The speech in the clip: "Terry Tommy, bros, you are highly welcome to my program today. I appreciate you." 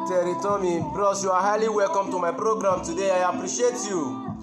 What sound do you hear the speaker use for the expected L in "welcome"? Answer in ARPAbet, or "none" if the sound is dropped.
L